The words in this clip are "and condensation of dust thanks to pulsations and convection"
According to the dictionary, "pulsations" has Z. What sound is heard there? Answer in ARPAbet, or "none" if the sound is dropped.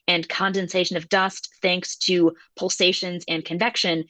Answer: Z